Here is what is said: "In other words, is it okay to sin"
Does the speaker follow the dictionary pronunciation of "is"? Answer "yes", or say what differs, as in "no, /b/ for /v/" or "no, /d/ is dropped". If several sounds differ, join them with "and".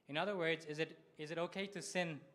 yes